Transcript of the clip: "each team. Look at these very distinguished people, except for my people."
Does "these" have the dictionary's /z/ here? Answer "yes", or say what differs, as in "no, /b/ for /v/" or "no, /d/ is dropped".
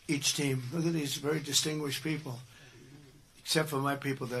yes